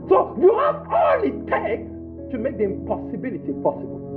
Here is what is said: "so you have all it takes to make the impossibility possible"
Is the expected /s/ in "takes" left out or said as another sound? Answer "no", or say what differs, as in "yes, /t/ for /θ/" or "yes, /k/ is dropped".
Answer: yes, /s/ is dropped